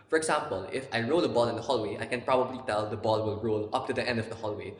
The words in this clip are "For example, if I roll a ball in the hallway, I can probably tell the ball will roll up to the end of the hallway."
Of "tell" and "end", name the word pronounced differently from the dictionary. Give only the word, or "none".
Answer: none